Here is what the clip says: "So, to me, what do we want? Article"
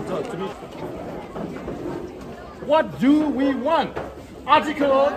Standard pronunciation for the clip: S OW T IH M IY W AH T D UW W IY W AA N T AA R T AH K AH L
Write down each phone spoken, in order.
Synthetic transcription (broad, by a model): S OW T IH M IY W AH T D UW W IY W AA N T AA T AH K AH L